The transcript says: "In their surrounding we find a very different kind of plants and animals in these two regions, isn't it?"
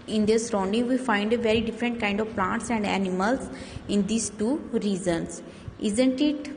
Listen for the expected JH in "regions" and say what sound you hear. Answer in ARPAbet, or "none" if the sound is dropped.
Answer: Z